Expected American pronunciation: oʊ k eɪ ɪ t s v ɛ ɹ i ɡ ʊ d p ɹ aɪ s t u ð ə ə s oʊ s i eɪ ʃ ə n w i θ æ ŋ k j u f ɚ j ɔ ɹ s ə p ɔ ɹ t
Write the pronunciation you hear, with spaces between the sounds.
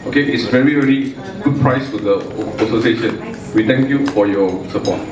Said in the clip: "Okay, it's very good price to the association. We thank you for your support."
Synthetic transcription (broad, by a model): oʊ k eɪ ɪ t s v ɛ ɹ i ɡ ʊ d p ɹ aɪ s t u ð ə ə s oʊ s i eɪ ʃ ə n w i t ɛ ŋ k j u f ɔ j ɔ s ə p ɔ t